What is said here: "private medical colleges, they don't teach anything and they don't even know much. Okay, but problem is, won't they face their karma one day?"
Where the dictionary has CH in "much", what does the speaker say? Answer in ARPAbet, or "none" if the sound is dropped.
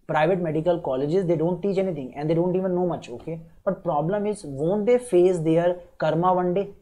CH